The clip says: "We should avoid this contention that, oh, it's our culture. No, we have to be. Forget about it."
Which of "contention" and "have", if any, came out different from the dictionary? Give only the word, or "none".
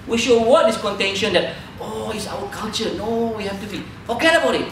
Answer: have